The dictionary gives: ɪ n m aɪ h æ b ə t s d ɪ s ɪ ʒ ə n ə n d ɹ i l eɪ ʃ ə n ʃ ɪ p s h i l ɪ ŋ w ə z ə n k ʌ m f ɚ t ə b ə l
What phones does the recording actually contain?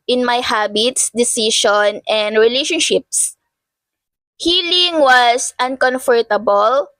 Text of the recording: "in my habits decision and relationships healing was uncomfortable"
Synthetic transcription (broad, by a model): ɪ n m aɪ h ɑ b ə t s d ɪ s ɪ ʃ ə n ə n d ɹ i l eɪ ʃ ə n ʃ ɪ p s h i l ɪ ŋ w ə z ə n k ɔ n f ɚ t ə b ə l